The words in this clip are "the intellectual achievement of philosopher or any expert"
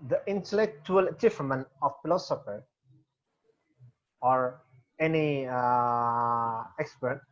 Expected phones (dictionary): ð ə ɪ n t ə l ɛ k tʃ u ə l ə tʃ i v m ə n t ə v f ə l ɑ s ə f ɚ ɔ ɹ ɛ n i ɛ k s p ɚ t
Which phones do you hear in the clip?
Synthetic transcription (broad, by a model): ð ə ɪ n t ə l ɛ k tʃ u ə l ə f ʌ m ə n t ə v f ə l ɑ s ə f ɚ ɔ ɹ ɛ n i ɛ k s p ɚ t